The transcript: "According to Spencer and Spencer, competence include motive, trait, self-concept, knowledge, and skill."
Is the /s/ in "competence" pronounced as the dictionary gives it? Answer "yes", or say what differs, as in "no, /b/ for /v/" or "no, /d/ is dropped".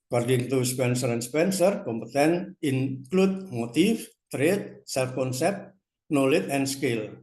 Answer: no, /s/ is dropped